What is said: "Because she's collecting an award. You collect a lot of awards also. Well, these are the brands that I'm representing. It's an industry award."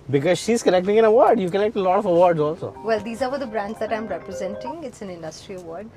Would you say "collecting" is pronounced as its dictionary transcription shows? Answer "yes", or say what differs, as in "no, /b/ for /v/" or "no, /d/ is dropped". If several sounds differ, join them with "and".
no, /n/ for /l/